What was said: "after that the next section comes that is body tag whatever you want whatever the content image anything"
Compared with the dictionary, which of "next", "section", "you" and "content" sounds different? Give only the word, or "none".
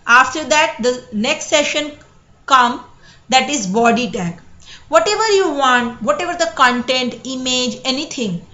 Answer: section